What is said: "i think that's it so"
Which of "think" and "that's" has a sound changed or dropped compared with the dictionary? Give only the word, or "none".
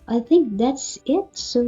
none